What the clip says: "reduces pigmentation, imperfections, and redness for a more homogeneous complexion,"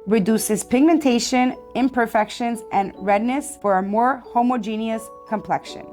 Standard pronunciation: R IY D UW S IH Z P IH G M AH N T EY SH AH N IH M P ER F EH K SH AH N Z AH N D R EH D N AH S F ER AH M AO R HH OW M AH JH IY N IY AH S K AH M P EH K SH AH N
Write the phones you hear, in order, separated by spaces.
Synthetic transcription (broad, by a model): R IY D UW S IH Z P IH G M AH N T EY SH AH N IH M P ER F EH K SH AH N Z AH N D R EH D N AH S F ER AH M AO R HH OW M AH JH IY N IY AH S K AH M P EH K SH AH N